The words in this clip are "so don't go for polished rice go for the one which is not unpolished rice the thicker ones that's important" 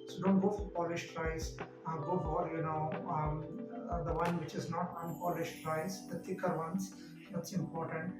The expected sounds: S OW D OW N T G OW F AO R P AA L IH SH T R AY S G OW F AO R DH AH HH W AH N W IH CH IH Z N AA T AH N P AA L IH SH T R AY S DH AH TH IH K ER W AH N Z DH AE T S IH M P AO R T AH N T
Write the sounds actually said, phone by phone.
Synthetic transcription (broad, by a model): S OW D OW N T G OW F AO R P AA L IH SH T R AY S G OW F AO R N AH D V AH N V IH CH IH Z N AA T AH N P AA L IH SH T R AY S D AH T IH K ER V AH N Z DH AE T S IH M P AO R T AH N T